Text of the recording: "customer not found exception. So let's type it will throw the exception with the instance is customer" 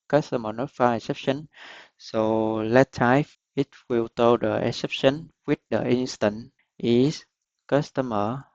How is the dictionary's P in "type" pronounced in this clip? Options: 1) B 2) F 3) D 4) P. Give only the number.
2